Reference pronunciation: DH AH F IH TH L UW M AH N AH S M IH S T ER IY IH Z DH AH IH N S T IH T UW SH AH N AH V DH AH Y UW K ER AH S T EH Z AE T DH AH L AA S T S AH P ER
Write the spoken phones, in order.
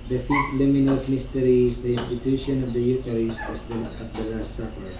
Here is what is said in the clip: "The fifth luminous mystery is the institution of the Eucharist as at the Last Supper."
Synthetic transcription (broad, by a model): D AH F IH F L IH M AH N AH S M IH S T ER IY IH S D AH IH N S T IH T UW SH AH N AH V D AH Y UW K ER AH S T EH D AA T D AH L AA S T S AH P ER